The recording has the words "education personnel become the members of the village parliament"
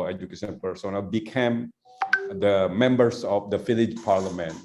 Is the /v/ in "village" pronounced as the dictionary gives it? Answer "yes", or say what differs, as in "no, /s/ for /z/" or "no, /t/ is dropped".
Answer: no, /f/ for /v/